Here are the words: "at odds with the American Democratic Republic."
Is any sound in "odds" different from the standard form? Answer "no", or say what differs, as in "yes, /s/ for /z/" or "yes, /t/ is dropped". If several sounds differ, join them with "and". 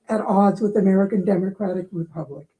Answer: no